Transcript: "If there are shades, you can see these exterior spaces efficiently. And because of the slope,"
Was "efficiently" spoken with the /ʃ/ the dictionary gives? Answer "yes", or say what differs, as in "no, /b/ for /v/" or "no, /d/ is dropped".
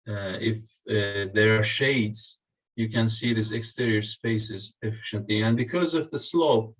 yes